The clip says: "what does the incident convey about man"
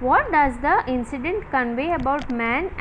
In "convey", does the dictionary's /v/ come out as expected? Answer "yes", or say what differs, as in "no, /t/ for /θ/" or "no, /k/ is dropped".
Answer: yes